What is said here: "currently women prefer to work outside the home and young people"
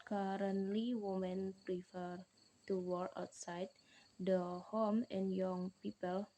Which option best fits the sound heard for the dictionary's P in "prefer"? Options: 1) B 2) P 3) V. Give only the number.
2